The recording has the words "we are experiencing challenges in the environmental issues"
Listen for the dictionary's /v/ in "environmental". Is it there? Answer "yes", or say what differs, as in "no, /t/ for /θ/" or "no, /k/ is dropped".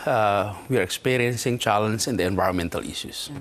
yes